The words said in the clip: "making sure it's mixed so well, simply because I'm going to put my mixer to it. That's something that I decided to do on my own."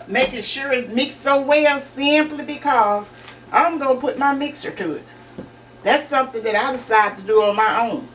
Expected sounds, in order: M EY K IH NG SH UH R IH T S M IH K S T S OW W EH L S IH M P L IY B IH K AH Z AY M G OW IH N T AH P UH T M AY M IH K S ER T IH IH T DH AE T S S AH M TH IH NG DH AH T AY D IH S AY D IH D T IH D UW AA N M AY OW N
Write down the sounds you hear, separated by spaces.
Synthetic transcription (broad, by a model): M EY K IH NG SH UH R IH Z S M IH K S S OW W EH L S IH M P L IY B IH K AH Z AY M G OW IH N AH P UH T M AY M IH K S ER T IH IH T DH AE T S S AH M TH IH NG DH AH T AY D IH S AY IH D T IH D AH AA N M AY OW N